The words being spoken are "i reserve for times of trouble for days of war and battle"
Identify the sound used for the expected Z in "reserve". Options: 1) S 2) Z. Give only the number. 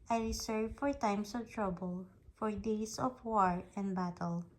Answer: 1